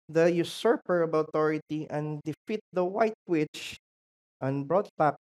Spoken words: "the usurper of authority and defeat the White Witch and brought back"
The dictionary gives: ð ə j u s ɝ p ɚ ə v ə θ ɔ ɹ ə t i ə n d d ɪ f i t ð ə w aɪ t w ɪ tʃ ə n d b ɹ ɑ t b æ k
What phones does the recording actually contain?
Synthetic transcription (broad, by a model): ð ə j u s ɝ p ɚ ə b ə t ɔ ɹ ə t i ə n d d ɪ f i t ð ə w aɪ t w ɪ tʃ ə n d b ɹ ɑ t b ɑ k